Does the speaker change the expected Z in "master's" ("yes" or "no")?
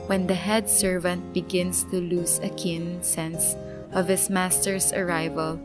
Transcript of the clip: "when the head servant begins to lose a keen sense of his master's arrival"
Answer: yes